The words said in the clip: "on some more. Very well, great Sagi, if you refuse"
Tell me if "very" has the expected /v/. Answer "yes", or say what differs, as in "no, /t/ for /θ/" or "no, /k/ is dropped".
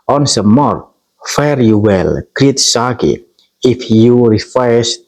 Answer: no, /f/ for /v/